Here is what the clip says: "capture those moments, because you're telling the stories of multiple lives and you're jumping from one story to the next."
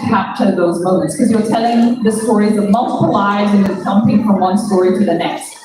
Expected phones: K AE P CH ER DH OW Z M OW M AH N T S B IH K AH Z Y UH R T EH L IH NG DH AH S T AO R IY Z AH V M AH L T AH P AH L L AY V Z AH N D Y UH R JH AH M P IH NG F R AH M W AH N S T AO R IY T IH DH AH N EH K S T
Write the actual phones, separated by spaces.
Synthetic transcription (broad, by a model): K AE P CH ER DH OW Z M OW M AH N T S K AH Z Y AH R T EH L IH NG DH AH S T AO R IY Z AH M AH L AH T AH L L AY Z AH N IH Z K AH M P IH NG F R AH M W AH N S T AO R IY T IH DH AH N EH K S T